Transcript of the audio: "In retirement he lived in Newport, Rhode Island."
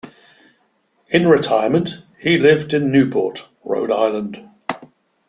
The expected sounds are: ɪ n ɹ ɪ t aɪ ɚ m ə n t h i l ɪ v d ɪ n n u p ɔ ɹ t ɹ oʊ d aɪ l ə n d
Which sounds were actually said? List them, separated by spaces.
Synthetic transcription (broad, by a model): ɪ n ɹ ɪ t aɪ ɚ m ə n t h i l ɪ v d ɪ n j u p ɔ t ɹ oʊ d aɪ l ə n d